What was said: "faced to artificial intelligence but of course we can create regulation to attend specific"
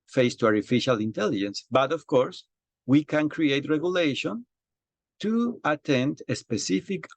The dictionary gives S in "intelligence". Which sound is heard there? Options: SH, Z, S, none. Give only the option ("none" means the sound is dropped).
S